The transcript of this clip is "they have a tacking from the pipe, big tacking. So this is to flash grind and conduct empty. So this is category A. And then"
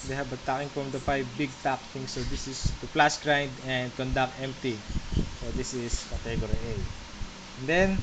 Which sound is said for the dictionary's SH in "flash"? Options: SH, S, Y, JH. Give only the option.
S